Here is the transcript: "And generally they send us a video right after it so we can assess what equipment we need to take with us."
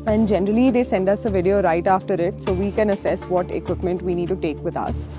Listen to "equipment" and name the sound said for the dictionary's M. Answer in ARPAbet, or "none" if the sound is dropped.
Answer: M